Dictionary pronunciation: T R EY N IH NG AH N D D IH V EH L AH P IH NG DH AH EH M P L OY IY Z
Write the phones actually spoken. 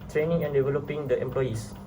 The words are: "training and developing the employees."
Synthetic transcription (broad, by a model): T R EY N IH NG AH N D D IH V EH L AH P IH NG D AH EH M P L OY IY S